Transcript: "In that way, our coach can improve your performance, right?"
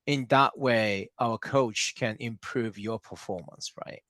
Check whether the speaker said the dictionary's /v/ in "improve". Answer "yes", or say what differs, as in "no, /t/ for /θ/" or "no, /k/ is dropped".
yes